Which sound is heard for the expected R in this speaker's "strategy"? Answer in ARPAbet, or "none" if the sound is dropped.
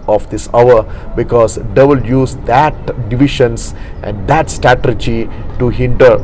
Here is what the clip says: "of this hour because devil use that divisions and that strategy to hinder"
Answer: none